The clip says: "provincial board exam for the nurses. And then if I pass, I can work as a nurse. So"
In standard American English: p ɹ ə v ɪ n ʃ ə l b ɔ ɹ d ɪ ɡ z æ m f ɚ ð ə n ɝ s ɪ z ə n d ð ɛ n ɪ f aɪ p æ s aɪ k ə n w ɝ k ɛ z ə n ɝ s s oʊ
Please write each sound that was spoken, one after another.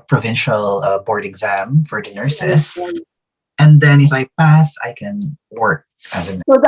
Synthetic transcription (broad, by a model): p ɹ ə v ɪ n ʃ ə l b ɔ ɹ d ɪ ɡ z æ m f ɚ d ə n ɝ s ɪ s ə n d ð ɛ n ɪ f aɪ p æ s aɪ k ə n w ɝ k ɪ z ə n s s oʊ